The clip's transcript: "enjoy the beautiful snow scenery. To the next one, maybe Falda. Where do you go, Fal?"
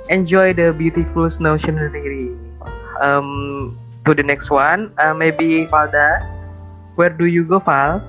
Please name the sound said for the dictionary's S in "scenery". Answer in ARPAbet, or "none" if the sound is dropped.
SH